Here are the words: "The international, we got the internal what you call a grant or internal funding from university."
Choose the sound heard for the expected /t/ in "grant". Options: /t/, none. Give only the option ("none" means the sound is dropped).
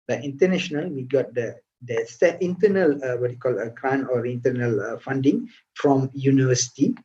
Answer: none